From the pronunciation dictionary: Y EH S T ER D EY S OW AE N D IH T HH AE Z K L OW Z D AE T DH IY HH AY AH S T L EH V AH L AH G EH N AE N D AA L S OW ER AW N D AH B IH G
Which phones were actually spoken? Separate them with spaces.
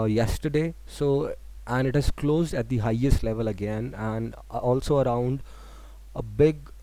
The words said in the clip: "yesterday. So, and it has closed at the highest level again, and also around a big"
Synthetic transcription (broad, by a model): Y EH S T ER D EY S OW AE N D IH T HH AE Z K L OW Z D AE T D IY HH AY AH S T L EH V AH L AH G EH N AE N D AA L S OW ER AW N D AH B IH G